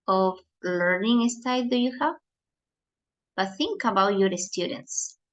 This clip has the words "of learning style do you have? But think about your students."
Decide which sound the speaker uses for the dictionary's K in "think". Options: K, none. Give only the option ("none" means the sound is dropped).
K